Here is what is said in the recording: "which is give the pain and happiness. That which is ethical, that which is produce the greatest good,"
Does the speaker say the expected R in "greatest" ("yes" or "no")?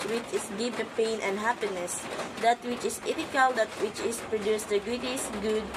no